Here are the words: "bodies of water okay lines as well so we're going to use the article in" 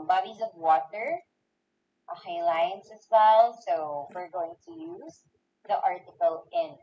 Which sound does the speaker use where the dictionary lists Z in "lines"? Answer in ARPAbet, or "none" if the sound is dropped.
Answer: S